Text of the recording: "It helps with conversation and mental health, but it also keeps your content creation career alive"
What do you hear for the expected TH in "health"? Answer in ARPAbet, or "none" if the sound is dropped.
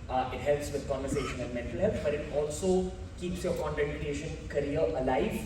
T